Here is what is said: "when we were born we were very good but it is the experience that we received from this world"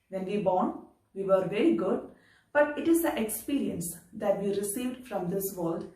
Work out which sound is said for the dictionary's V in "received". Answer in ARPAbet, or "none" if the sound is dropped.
V